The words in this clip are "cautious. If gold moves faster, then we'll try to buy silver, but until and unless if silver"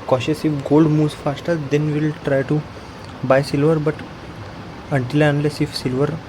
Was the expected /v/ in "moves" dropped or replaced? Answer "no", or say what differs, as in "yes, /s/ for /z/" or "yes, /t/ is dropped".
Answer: yes, /v/ is dropped